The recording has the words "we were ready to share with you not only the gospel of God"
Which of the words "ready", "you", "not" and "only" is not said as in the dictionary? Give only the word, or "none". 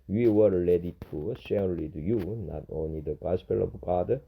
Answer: ready